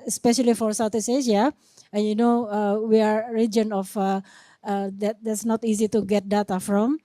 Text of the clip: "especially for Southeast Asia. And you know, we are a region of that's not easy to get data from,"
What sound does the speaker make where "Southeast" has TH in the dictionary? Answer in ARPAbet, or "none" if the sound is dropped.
T